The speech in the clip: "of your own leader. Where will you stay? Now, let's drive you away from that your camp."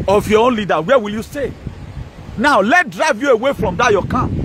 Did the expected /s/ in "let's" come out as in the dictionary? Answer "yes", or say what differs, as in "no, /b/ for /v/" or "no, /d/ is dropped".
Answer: no, /s/ is dropped